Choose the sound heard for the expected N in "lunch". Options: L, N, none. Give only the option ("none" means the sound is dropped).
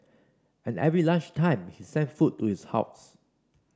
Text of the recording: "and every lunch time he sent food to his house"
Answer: none